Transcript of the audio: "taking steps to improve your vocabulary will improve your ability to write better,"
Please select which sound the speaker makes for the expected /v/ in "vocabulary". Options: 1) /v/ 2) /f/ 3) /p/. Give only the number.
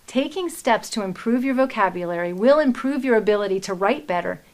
1